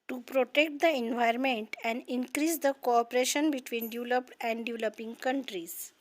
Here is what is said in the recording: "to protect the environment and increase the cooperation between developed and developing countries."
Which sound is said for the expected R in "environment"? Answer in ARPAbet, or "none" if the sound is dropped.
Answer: none